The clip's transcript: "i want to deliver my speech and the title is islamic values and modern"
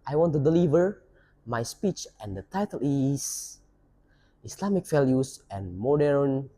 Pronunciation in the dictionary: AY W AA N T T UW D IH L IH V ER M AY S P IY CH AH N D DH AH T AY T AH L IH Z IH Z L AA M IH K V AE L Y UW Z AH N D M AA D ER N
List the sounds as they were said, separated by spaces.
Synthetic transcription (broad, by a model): AY W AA N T T UW D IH L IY V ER M AY S P IY CH AH N D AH T AY T AH L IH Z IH S L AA M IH K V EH L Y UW S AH N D M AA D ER N